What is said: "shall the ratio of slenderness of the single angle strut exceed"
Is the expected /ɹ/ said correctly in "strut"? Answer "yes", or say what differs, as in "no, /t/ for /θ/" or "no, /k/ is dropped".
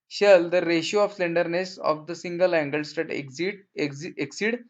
no, /ɹ/ is dropped